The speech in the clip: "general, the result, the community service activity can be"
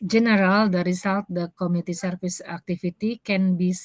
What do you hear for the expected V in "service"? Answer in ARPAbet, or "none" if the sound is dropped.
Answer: F